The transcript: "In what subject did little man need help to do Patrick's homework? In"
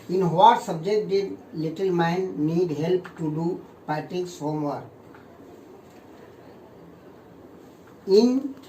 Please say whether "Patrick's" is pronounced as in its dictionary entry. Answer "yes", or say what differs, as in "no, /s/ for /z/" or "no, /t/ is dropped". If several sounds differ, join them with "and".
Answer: no, /ɹ/ is dropped